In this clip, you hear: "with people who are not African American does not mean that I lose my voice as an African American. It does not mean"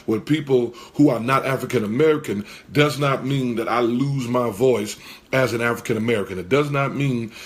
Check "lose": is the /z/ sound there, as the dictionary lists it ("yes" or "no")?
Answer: yes